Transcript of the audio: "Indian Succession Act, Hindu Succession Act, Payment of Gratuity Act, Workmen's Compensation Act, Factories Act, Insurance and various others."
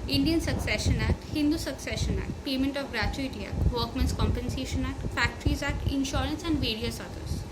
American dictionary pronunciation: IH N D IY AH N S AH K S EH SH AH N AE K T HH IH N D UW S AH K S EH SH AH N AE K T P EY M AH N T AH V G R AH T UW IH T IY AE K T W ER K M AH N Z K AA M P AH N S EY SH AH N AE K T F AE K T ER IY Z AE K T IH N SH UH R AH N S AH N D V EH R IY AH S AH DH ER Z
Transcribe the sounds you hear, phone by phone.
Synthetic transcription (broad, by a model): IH N D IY AH N S AH K S EH SH AH N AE T HH IH N D UW S AH K S EH SH AH N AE T P EY M AH N T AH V G R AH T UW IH T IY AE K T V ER K M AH N S K AA M P AH N S EY SH AH N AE T F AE K T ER IY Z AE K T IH N SH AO R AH N S AH N D V EH R IY AH S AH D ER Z